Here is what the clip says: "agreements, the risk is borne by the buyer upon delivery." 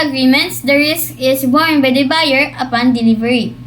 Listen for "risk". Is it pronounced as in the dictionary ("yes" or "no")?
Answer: yes